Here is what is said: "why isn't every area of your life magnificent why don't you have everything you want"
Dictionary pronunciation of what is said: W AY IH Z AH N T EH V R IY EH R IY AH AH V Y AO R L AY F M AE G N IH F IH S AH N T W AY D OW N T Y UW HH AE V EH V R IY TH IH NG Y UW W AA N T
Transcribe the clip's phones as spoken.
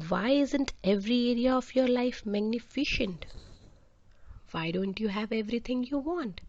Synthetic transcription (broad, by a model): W AY IH Z AH N T EH V R IY EH R IY AH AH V Y AO R L AY F M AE G N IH F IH SH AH N T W AY D OW N T Y UW HH AE V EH V R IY T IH NG Y UW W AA N T